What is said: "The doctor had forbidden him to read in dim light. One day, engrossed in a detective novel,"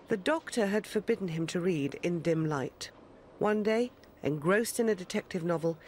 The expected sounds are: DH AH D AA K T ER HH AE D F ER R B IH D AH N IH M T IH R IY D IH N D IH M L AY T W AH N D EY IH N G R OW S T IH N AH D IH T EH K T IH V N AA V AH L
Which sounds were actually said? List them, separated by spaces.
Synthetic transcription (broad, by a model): DH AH D AA K T ER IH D F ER R B IH D N IH M T IH R IY D IH N D IH M L AY T W AH N D EY IH N G R OW S T IH N AH D IH T EH K T IH V N AA V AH L